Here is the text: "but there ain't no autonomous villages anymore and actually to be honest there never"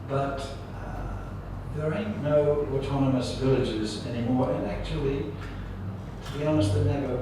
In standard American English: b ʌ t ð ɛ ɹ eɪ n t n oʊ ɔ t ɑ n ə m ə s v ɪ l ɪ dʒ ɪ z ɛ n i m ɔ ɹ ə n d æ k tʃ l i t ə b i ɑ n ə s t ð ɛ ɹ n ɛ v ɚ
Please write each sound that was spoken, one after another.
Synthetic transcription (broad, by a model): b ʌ t ð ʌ ɹ eɪ n n oʊ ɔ t ɑ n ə m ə s v ɪ l ɪ dʒ ɪ z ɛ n i m ɔ ɹ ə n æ k tʃ i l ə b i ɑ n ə s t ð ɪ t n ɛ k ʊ